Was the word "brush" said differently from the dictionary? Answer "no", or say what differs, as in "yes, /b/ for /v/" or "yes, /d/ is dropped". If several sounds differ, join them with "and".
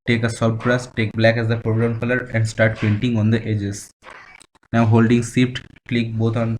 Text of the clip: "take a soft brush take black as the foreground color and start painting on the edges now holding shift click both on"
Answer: yes, /s/ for /ʃ/